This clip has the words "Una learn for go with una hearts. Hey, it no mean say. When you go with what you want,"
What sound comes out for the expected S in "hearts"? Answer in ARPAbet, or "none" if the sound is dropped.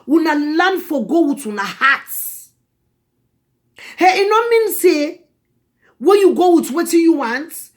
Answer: none